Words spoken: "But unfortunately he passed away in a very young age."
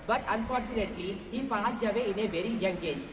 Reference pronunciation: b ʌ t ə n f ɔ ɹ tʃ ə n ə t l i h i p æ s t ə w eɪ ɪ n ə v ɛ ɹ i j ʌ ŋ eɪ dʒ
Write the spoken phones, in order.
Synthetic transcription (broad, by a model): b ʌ t ə n f ɔ ɹ tʃ ə n ə t l i h i f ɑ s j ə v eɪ ɪ n ə v ɛ ɹ i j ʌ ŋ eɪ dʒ